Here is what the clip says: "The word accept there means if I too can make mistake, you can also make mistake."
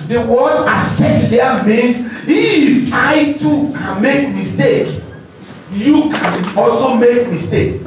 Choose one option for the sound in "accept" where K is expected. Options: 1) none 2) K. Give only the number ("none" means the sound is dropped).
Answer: 1